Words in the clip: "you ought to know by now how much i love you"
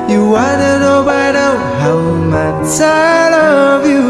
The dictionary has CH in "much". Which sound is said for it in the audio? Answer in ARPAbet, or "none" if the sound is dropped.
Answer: S